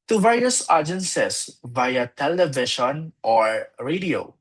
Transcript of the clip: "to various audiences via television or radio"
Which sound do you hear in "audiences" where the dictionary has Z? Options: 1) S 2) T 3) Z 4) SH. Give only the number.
1